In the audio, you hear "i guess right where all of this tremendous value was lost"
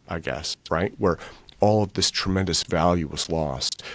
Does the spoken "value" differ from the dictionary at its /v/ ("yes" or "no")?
no